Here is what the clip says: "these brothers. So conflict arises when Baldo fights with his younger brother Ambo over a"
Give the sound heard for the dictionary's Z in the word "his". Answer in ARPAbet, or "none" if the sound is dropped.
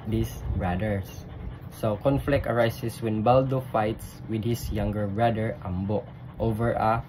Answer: S